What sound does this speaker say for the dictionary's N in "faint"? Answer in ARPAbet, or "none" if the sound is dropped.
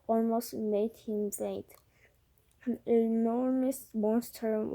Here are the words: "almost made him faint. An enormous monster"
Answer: none